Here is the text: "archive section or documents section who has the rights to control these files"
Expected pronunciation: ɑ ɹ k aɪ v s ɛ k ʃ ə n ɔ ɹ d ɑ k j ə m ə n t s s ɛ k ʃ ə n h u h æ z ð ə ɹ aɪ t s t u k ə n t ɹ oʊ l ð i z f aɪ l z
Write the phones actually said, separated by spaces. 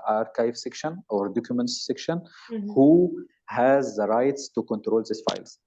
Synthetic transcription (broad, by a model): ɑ ɹ k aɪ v s ɛ k ʃ ə n ɔ ɹ d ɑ k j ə m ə n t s s ɛ k ʃ ə n h u h æ z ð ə ɹ aɪ t s t u k ə n t ɹ oʊ l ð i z f aɪ l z